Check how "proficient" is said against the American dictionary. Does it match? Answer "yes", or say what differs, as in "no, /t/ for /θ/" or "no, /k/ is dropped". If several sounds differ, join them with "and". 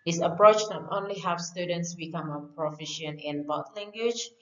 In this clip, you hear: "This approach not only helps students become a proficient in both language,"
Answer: no, /t/ is dropped